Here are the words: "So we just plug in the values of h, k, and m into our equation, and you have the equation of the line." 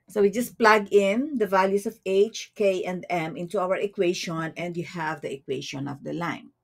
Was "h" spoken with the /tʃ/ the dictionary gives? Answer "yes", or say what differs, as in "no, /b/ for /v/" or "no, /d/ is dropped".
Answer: yes